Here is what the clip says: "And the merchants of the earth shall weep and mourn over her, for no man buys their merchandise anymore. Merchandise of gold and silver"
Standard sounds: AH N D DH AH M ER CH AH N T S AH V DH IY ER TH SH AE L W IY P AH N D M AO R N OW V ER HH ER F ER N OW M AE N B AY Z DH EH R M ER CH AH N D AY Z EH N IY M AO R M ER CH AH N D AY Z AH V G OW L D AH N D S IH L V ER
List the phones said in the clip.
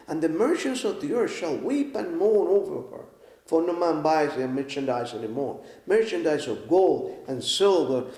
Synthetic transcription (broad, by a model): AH N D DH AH M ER CH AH N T S AH V DH IY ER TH SH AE L W IY P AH N M AO R N OW V ER HH ER F ER N OW M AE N B AY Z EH M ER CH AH N D AY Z EH N IY M AO R M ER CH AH N D AY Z AH V G OW L D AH N S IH L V ER